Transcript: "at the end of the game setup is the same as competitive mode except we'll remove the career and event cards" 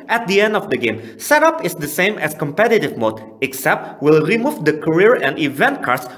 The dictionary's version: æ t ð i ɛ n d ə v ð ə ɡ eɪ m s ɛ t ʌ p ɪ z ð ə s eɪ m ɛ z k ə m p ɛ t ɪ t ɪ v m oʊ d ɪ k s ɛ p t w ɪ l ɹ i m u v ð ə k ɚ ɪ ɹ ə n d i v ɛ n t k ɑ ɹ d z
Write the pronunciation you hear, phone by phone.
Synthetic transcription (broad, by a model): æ t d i ɛ n d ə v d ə ɡ eɪ m s ɛ t ʌ p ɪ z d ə s eɪ m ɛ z k ə m p ɛ t ɪ t ɪ v m oʊ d ɪ k s ɛ p t w ɪ l ɹ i m u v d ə k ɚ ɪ ɹ ə n d i v ɛ n t k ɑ ɹ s